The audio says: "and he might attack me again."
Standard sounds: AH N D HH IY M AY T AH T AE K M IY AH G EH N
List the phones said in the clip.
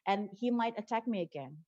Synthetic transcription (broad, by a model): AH N HH IY M AY T AH T AE K M IY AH G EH N